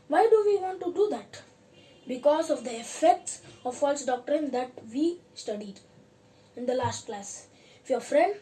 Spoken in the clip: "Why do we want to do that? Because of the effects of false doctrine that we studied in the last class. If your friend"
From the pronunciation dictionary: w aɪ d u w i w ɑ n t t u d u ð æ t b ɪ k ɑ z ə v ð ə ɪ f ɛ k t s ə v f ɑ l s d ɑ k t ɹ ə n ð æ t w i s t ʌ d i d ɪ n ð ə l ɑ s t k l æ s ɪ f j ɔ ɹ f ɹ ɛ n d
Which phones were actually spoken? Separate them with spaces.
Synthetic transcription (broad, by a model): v aɪ d u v i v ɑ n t t u d u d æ t b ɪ k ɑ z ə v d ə ɪ f ɛ k t s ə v f ɑ l s d ɑ k t ɹ ə n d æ t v i s t ʌ d i d ɪ n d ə l ɑ s t k l æ s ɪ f j ɔ ɹ f ɹ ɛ n d